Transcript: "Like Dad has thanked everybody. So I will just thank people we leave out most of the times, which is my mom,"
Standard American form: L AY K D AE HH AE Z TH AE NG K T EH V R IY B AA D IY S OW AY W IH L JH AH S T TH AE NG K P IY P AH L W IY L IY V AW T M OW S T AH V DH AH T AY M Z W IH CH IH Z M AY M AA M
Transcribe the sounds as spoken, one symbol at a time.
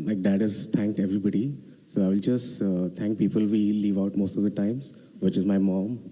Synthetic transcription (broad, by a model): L AY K D AE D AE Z T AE NG K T EH V R IY B AA D IY S OW AY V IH L JH AH S T T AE NG K P IY P AH L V IY L IY V AW T M OW S T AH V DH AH T AY M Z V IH CH IH Z M AY M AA M